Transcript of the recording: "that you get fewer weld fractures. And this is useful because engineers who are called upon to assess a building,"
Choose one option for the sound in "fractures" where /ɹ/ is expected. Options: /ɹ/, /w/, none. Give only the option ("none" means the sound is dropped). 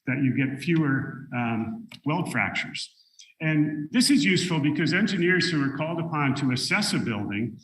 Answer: /ɹ/